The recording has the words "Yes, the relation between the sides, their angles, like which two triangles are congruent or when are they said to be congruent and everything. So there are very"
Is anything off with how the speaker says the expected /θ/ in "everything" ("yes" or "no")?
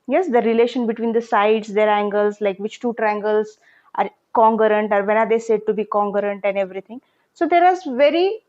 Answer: yes